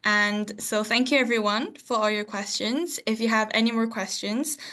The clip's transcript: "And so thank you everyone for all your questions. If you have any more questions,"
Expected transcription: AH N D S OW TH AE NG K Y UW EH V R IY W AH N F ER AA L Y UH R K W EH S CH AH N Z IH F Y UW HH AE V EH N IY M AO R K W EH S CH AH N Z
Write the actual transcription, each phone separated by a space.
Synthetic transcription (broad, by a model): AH N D S OW TH AE NG K Y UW EH V R IY W AH N F ER AA L Y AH R K W EH S CH AH N Z IH F Y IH V EH N IY M AO R K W EH S CH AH N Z